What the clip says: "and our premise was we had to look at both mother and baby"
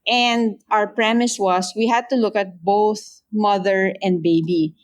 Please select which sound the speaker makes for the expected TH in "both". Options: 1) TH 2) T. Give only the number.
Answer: 1